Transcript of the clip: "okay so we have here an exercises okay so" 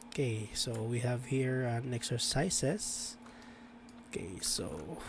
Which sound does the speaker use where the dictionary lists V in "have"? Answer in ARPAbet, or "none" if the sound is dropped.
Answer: V